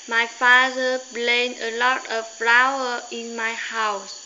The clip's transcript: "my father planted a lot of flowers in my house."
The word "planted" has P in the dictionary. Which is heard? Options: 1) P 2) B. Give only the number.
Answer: 2